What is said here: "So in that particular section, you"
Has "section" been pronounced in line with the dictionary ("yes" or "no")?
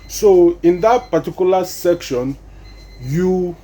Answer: yes